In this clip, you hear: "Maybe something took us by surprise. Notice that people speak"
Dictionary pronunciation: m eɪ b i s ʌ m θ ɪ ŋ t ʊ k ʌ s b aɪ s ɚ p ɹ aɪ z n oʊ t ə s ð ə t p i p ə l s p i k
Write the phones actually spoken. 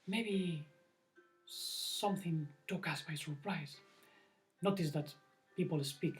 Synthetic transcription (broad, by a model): m eɪ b i s ʌ m θ ɪ ŋ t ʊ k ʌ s b aɪ s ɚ p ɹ aɪ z n oʊ t ə s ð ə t p i p ə l s p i k